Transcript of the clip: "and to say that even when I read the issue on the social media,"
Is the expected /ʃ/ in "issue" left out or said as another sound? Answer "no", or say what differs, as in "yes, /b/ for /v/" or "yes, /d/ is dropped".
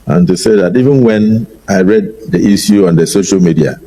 yes, /s/ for /ʃ/